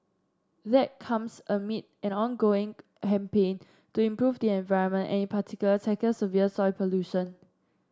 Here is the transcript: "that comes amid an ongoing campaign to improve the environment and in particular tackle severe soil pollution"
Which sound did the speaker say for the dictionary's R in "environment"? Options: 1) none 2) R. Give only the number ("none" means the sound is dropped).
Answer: 2